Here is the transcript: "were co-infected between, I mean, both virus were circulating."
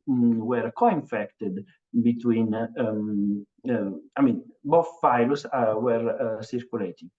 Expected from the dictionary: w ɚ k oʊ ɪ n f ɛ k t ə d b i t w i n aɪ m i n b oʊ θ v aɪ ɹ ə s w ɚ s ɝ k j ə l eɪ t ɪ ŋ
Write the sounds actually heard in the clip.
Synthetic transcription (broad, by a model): w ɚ k oʊ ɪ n f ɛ k t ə d b i t w i n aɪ m i n b oʊ θ f aɪ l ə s w ɚ s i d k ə l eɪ t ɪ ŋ